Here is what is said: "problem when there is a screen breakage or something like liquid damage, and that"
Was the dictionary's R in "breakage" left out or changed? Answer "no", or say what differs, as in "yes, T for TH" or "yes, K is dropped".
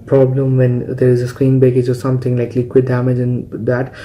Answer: yes, R is dropped